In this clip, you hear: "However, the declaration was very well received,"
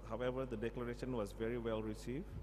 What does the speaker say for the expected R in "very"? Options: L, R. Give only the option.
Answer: R